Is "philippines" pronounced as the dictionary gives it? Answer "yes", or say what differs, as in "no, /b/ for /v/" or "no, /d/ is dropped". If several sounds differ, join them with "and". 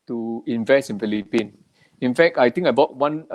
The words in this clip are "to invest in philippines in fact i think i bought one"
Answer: no, /z/ is dropped